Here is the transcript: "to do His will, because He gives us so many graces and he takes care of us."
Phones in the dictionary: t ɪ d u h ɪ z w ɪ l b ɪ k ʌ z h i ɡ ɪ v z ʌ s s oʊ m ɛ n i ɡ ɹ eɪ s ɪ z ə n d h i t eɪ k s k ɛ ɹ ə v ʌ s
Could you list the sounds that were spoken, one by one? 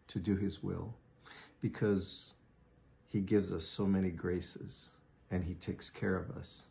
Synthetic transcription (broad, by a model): t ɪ d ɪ ɪ z w ɪ l b ɪ k ʌ z h i ɡ ɪ v z ʌ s s oʊ m ɛ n i ɡ ɹ eɪ s ɪ z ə n i t eɪ k s k ɛ ɹ ə v ʌ s